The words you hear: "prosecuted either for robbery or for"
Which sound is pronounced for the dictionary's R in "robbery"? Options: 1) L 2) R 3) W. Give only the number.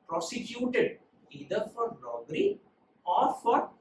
1